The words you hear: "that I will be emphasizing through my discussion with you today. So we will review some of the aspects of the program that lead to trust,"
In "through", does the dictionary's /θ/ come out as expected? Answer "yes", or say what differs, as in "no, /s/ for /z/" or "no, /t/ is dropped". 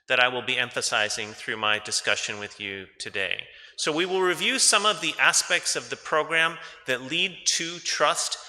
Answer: yes